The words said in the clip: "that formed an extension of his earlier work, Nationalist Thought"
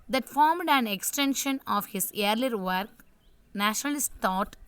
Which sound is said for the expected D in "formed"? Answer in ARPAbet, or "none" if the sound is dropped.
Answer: D